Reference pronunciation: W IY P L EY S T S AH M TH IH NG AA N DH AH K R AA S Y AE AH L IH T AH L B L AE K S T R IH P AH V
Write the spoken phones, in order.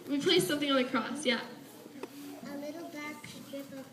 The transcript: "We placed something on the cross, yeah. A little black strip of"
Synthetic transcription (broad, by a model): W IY P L EY S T S AH M TH IH NG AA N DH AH K R AA S Y AE AH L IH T L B AE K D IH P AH